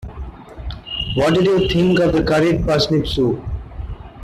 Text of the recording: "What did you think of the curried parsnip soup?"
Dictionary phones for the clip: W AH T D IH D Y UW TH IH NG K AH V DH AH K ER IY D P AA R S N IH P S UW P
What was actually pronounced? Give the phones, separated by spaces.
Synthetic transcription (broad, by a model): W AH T D IH D Y UW T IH NG K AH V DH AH K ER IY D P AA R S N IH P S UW